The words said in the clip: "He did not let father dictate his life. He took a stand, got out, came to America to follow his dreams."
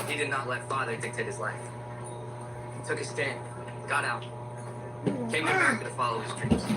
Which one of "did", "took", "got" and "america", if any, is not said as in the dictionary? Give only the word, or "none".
america